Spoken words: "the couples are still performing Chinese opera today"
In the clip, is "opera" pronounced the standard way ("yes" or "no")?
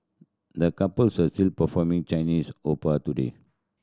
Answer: no